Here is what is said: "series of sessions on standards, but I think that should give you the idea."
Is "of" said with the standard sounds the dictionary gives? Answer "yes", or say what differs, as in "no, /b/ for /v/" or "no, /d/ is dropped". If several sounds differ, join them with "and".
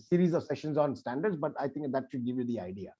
yes